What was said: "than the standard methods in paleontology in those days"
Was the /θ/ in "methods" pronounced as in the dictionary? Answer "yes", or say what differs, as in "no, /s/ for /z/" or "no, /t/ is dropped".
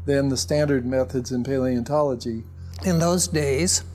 yes